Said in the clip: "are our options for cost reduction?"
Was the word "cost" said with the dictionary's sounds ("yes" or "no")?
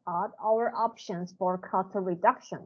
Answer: no